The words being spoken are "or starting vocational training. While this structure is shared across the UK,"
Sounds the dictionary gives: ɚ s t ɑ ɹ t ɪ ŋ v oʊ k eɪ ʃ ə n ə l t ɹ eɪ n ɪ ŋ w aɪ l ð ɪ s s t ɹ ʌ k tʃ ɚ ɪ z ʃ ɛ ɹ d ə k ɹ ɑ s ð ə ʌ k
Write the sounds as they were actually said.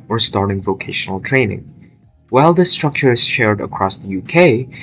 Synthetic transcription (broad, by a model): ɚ s t ɑ ɹ t ɪ ŋ v oʊ k eɪ ʃ ə n ə l t ɹ eɪ n ɪ ŋ w aɪ l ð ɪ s s t ɹ ʌ k tʃ ɚ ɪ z ʃ ɛ ɹ d ə k ɹ ɑ s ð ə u k